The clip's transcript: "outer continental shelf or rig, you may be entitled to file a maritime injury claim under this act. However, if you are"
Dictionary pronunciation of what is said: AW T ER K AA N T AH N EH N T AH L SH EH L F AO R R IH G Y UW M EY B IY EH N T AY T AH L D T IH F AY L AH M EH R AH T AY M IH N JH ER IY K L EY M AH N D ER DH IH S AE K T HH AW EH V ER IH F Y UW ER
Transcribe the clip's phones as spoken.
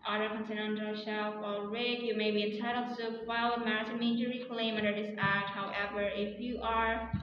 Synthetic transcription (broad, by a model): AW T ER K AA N S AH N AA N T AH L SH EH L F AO L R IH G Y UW M EY B IY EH N T AY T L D T IH F AY L AH M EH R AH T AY M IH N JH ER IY K L EY M AH N D ER DH IH S AE K T HH AW EH V ER IH F Y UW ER